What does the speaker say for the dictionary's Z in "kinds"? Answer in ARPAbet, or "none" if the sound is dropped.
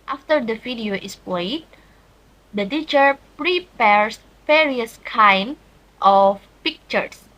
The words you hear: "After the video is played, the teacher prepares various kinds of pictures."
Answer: none